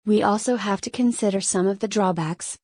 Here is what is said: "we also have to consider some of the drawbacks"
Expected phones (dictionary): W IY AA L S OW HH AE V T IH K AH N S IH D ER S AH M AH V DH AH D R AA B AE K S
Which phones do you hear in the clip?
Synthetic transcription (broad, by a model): W IY AA L S OW HH AE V T IH K AH N S IH D ER S AH M AH V DH AH D R AA B AE K S